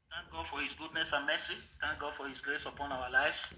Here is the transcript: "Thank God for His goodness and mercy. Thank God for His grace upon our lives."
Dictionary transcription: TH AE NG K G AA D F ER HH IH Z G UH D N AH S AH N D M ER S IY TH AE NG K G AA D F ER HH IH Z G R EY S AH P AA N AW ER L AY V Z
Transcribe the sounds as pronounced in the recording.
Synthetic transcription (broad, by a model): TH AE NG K G AA D F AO HH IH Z G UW D N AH S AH N M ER S IY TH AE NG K G AA D F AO HH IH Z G L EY S AH P AA N AW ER L AY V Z